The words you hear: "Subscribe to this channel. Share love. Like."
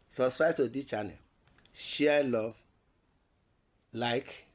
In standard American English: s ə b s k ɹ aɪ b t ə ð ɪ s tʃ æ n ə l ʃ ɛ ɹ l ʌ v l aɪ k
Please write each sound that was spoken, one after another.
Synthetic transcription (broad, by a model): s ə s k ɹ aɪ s t ə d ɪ tʃ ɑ n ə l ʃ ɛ l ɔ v l aɪ k